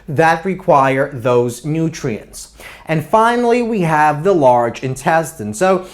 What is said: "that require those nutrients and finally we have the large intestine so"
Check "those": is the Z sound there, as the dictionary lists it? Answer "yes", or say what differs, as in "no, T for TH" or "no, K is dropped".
yes